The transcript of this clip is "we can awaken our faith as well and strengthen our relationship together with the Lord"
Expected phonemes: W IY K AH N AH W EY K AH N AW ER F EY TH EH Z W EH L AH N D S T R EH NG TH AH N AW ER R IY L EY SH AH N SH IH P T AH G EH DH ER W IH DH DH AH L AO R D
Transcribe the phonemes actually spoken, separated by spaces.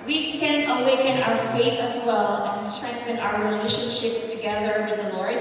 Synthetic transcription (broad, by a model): W IY K AH N AH W EY K AH N AW ER F EY TH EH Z W EH L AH N S T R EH NG TH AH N AW ER R IY L EY SH AH N SH IH P T AH G EH DH ER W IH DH DH AH L AO R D